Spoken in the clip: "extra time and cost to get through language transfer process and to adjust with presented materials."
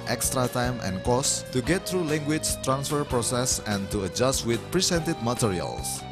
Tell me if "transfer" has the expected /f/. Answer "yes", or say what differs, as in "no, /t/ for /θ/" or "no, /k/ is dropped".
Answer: yes